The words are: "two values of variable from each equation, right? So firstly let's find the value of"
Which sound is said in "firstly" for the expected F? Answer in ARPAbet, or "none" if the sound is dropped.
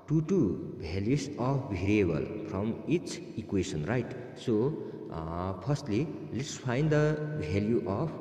P